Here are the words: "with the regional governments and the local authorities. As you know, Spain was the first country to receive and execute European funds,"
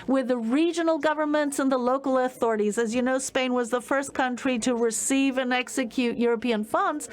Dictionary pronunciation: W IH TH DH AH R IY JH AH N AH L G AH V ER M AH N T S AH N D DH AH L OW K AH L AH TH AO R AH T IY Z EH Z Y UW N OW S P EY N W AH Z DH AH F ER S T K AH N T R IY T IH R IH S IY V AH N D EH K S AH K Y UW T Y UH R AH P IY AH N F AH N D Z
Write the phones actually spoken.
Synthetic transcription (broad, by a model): W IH DH AH R IY JH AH N L G AH V ER M AH N T S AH N DH AH L OW K L AH TH AO R AH T IY Z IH Z Y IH N OW S P EY N W AH Z DH AH F ER S K AH N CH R IY T IH R IH S IY V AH N EH K S AH K Y UW T Y UH R AH P IY AH N F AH N D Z